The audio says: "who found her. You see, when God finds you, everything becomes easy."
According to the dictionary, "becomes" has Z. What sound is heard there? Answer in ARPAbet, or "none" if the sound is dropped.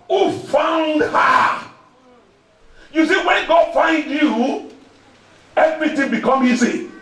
none